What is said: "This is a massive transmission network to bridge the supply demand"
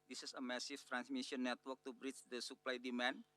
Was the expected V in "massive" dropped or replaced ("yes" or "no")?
yes